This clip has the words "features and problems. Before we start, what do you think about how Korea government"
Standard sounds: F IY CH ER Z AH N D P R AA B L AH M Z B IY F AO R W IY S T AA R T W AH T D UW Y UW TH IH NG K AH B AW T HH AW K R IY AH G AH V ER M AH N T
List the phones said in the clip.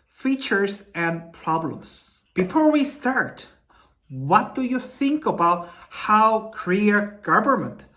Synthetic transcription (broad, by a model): F IY CH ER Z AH N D P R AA B L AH M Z B IY F AO R W IY S T AA R T W AH T D UW Y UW TH IH NG K AH B AW T HH AW K R IY AH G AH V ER M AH N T